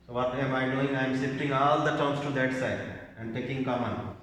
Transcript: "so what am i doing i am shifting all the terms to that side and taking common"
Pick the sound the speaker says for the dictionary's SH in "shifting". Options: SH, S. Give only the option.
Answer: S